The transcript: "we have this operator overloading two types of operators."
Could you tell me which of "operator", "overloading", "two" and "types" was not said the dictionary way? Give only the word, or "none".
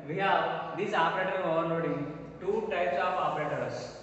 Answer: overloading